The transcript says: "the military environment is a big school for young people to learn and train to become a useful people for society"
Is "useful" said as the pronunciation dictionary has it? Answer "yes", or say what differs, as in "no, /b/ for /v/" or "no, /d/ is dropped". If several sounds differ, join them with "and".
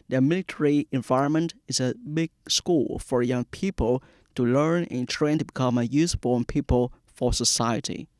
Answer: no, /n/ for /l/